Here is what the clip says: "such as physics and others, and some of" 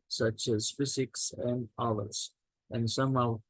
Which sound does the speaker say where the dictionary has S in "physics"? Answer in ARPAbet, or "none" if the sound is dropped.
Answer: S